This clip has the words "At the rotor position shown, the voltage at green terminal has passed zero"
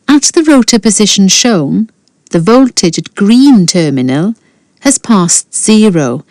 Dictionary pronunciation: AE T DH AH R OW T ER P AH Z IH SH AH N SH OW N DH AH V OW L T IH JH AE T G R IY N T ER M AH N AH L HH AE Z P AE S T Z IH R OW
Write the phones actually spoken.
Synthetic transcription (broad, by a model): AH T DH AH R OW T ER P AH Z IH SH AH N SH OW N DH AH V OW L T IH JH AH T G R IY N T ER M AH N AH L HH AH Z P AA S T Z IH R OW